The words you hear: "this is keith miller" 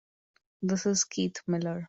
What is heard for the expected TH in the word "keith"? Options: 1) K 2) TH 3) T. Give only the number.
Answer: 3